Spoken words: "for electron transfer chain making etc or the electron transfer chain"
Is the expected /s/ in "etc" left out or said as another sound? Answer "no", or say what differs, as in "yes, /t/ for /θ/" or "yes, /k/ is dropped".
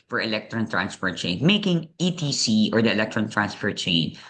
yes, /s/ is dropped